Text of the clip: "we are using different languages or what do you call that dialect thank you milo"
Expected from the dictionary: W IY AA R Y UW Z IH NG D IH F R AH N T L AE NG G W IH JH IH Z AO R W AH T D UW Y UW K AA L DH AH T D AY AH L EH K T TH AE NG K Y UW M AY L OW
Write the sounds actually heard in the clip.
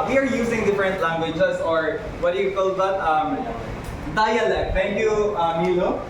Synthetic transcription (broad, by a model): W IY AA R Y UW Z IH NG D IH F R AH N T L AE NG G W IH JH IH S AO R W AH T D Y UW K AA L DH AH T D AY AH L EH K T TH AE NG K Y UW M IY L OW